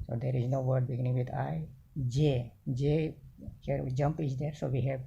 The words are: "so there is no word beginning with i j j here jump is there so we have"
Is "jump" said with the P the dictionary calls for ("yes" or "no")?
yes